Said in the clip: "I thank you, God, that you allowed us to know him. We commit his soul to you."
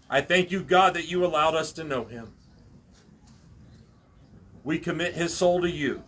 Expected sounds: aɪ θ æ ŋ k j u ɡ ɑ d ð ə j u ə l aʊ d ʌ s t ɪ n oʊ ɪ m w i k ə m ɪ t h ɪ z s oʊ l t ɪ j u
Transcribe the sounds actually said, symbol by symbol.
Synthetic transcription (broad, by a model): aɪ θ æ ŋ k j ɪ ɡ ɑ d ð ə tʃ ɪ ə l aʊ d ʌ s t ɪ n oʊ ɪ m w i k ə m ɪ t h ɪ z s oʊ l t ɪ j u